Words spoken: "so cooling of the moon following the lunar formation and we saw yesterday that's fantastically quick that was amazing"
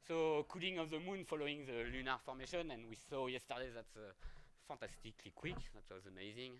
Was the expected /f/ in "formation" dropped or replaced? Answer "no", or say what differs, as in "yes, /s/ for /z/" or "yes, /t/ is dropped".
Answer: no